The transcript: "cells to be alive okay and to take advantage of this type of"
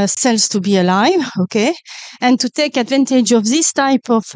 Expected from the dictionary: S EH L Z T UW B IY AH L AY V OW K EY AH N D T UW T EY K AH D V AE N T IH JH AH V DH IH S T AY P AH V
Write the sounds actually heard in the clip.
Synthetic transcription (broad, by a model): S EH L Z T UW B IY AH L AY V OW K EY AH N T UW T EY K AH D V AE N T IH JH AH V DH IH S T AY P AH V